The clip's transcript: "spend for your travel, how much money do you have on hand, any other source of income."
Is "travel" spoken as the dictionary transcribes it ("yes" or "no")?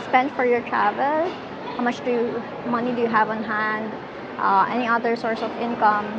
yes